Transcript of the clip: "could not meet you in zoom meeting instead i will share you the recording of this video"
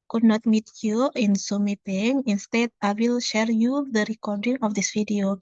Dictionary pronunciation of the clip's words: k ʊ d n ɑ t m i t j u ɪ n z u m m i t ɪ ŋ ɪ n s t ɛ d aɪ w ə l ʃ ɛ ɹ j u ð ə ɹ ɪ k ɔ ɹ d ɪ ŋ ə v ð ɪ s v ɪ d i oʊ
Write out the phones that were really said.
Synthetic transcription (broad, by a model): k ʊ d n ɑ t m i t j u ɪ n s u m m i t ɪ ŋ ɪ n s t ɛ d aɪ w ə l ʃ ɛ ɹ j u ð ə ɹ ɪ k ɔ ɹ d ɪ ŋ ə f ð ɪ s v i d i oʊ